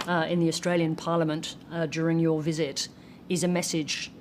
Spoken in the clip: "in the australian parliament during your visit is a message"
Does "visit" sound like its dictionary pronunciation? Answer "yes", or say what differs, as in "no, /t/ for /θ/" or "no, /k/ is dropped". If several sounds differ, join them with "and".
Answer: yes